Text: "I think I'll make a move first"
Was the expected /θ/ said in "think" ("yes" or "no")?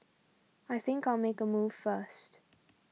yes